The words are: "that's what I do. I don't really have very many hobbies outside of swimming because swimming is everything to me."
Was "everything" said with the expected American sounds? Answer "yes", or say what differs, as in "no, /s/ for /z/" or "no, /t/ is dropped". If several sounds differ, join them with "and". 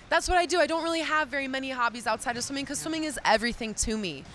yes